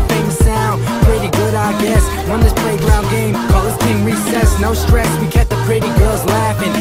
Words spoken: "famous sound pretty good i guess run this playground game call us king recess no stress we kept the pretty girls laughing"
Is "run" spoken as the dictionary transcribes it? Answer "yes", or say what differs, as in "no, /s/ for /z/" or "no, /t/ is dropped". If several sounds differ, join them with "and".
no, /w/ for /ɹ/